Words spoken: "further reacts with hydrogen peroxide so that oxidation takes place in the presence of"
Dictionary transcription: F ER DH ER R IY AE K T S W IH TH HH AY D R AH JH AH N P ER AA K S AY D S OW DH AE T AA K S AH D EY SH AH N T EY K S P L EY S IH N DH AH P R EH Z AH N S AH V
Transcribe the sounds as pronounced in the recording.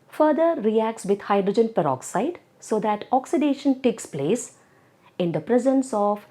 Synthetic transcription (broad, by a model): F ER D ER R IY AE K T S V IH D HH AY D R AH JH AH N P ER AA K S AY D S OW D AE T AA K S AH D EY SH AH N T EY K S P L EY S IH N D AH P R EH Z AH N S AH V